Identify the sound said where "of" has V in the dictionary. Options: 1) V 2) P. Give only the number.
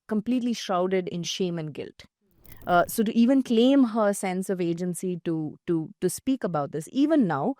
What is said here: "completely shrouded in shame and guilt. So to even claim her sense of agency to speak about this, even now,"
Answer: 1